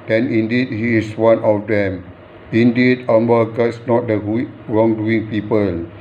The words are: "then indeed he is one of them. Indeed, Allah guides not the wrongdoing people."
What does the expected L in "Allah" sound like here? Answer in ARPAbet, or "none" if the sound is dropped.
W